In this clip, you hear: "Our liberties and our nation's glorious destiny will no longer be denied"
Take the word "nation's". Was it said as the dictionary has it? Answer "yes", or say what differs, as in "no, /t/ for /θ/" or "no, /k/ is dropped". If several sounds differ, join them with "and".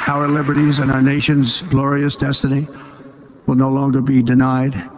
yes